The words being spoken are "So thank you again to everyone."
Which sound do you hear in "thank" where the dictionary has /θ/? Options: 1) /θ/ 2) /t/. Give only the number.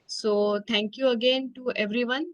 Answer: 2